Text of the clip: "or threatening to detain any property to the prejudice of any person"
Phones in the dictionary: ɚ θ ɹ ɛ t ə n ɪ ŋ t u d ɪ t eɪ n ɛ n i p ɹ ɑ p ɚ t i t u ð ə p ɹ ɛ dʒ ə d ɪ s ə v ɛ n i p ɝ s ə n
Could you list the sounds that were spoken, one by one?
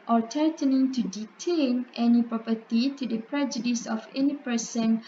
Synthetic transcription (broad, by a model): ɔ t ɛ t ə n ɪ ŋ t u d ɪ t eɪ n ɛ n i p ɹ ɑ p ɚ t i t u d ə p ɹ ɛ dʒ ə d ɪ s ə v ɛ n i p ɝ s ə n